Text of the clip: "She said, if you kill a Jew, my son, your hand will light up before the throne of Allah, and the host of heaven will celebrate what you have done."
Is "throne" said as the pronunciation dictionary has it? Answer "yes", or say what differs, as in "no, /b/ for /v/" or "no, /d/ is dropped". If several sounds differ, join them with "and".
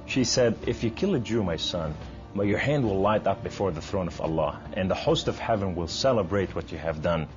yes